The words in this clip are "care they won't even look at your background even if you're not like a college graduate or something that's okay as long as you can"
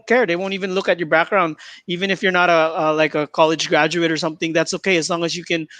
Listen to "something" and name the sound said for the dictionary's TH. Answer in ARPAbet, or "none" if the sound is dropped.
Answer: TH